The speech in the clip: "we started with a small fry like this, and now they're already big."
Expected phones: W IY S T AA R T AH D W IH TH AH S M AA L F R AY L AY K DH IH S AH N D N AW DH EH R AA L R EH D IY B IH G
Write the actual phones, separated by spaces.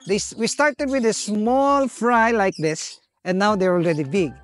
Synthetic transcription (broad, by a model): W IY S T AA R T AH D W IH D AH S M AA L F R AY L AY K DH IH S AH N N AW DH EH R AA L R EH D IY B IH G